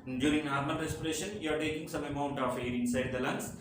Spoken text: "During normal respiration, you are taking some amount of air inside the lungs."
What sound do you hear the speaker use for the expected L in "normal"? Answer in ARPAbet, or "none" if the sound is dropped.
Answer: N